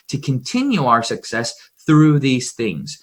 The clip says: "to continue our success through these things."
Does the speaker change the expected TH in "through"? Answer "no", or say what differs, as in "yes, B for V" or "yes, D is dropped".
no